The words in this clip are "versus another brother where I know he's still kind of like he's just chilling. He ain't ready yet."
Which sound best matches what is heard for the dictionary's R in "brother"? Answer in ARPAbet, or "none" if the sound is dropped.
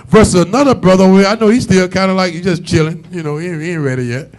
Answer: R